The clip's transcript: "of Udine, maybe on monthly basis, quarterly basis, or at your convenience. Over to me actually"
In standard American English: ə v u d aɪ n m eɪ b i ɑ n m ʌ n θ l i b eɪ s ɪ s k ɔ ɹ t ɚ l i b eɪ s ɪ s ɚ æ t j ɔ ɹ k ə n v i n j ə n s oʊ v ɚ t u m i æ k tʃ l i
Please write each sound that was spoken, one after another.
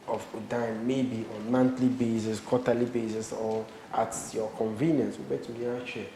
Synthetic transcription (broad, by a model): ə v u d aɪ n m eɪ b i ɑ n m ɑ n t l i b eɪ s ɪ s k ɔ t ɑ l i b eɪ s ɪ s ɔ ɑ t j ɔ k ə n v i n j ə n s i b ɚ t u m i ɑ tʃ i